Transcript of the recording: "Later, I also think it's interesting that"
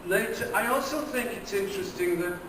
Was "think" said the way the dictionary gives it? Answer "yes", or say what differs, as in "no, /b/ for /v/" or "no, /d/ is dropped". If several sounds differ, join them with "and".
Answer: yes